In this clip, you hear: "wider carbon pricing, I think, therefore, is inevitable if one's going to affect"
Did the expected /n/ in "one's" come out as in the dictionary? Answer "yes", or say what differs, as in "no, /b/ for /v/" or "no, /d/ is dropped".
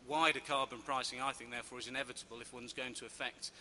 yes